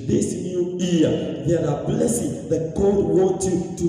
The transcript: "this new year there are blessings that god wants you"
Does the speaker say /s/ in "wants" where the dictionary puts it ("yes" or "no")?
no